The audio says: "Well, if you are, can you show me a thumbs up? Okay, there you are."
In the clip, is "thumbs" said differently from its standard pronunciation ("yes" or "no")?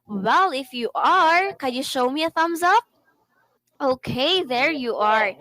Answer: no